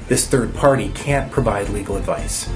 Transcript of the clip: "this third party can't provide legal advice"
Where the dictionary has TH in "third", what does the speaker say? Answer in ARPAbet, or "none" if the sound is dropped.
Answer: TH